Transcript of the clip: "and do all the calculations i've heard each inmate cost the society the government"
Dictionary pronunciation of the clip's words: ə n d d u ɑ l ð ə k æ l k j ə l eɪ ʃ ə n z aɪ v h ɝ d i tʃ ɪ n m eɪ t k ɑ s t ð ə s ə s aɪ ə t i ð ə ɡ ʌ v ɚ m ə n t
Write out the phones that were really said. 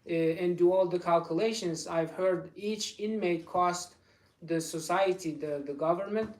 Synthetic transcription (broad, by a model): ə n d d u ɑ l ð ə k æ l k j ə l eɪ ʃ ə n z aɪ v h ɝ d i tʃ ɪ n m eɪ t k ɑ s t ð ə s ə s aɪ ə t i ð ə ɡ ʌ v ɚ m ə n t